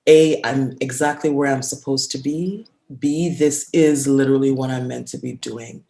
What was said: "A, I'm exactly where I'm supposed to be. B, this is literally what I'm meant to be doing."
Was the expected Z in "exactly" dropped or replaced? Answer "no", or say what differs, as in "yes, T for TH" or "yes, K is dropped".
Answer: no